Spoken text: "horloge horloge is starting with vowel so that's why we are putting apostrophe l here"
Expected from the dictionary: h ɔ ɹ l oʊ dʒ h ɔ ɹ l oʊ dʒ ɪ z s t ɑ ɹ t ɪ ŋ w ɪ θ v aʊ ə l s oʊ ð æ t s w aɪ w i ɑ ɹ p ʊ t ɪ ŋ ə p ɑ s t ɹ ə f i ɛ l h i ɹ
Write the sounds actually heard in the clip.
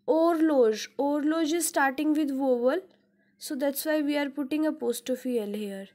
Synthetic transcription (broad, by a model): ɔ ɹ l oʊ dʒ ɔ ɹ l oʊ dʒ ɪ z s t ɑ ɹ t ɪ ŋ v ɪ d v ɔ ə l s oʊ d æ t s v aɪ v i ɑ ɹ p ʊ t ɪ ŋ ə p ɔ s t ə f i ɛ l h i ɹ